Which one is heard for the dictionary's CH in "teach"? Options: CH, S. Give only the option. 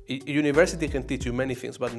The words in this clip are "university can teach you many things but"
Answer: CH